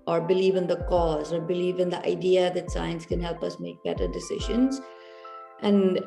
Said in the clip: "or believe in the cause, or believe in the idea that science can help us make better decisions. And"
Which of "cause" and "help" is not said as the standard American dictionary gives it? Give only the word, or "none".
none